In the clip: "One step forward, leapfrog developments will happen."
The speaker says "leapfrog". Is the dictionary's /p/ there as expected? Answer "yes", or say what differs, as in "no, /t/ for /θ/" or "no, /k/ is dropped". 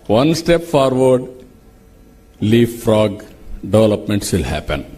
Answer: no, /p/ is dropped